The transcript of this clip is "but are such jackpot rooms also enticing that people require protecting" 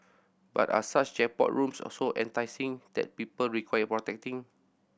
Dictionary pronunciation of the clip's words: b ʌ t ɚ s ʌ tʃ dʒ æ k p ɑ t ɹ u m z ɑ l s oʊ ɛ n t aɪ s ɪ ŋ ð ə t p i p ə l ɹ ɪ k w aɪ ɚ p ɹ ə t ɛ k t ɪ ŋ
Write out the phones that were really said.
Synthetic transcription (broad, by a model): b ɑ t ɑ s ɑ tʃ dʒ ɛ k p ɑ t ɹ u m s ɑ s oʊ ɛ n t aɪ s ɪ ŋ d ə t p i p ə l ɹ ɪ k w aɪ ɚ p ɹ ə t ɛ k t ɪ ŋ